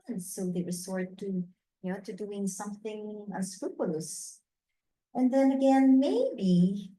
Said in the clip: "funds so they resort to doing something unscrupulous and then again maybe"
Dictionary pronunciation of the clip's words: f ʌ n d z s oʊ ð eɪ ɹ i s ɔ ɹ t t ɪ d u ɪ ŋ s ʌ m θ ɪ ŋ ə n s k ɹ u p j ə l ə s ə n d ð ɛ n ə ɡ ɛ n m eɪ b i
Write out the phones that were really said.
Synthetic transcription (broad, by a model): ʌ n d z s oʊ ð eɪ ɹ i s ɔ ɹ t t ɪ d u ɪ ŋ s ʌ m θ ɪ ŋ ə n s k ɹ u p j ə l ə s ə n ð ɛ n ə ɡ ɛ n m eɪ b i